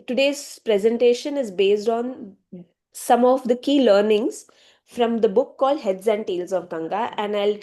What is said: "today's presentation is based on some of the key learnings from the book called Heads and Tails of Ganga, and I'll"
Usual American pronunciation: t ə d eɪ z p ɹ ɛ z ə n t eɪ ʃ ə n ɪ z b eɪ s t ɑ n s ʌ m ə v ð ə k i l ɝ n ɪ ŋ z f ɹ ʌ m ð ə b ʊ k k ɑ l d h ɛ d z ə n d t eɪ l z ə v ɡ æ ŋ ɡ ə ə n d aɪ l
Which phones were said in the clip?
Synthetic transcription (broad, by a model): t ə d eɪ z p ɹ ɛ z ə n t eɪ ʃ ə n ɪ z b eɪ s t ɑ n s ʌ m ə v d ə k i l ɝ n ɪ ŋ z f ɹ ʌ m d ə b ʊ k k ɑ l d h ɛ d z ə n d t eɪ l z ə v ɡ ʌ ŋ ɡ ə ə n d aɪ l